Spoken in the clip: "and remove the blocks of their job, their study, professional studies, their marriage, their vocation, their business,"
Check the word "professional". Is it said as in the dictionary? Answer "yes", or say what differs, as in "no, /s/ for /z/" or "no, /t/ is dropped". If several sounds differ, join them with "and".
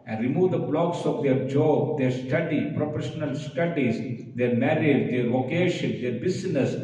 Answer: no, /p/ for /f/